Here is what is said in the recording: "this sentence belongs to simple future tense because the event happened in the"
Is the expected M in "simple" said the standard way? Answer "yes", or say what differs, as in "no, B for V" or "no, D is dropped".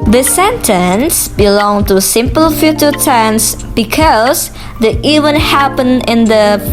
yes